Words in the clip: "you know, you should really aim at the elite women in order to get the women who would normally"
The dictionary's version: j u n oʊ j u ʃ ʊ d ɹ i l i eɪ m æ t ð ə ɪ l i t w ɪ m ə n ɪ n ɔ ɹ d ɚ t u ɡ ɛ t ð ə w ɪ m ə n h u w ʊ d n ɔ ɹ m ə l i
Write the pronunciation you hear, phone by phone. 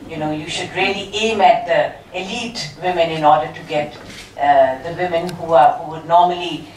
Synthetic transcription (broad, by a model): j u n oʊ j u ʃ ʊ d ɹ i l i eɪ m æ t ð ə ɪ l i t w ɪ m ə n ɪ n ɔ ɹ d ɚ t u ɡ ɛ t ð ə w ɪ m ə n h u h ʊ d n ɔ m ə l i